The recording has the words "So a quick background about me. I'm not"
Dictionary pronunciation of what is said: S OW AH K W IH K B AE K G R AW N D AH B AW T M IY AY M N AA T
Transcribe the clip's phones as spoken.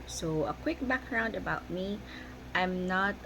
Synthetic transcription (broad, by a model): S OW AH K W IH K B AE K G R AW N D AH B AW T M IY AY M N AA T